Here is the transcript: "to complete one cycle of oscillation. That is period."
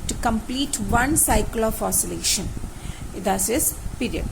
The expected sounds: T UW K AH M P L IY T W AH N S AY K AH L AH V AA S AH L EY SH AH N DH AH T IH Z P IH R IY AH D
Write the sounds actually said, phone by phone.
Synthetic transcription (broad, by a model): T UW K AH M P L IY T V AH N S AY K AH L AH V AA S AH L EY SH AH N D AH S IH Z P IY R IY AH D